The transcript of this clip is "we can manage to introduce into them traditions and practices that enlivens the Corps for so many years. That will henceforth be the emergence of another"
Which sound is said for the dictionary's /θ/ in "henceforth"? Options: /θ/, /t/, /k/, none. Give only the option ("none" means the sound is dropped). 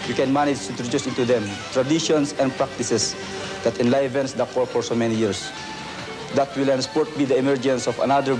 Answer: /t/